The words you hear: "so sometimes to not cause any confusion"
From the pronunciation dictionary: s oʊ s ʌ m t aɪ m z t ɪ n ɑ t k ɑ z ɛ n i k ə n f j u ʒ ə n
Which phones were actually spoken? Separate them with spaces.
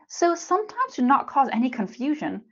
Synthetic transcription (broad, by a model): s oʊ s ʌ m t aɪ m z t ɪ n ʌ t k ɑ z ɛ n i k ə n f j u ʒ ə n